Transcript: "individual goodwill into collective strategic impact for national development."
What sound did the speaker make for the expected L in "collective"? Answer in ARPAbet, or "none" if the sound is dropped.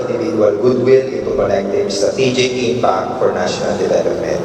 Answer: N